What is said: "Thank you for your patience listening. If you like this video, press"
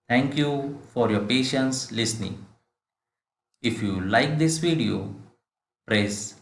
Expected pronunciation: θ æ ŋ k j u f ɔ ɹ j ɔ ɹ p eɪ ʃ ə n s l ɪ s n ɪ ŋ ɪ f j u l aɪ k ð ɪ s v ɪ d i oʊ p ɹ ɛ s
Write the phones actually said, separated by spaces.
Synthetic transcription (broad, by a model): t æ ŋ k j u f ɔ ɹ j ɔ ɹ p eɪ ʃ ə n s l ɪ s n ɪ ŋ ɪ f j u l aɪ k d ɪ s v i d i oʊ p ɹ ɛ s